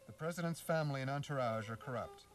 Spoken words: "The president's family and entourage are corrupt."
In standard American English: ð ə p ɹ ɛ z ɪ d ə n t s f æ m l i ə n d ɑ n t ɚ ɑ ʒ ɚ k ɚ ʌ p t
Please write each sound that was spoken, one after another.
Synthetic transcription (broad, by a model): ð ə p ɹ ɛ z ɪ d ə n t s f æ m l i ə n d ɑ n t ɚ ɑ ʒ ɚ k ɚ ʌ p t